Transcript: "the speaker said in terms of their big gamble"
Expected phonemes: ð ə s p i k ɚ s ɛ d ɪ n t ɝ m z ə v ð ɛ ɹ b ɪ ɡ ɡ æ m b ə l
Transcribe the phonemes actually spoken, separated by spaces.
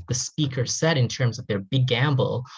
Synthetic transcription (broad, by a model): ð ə s p i k ɚ s ɛ d ɪ n t ɝ m z ə v ð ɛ ɹ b ɪ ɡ ɡ æ m b l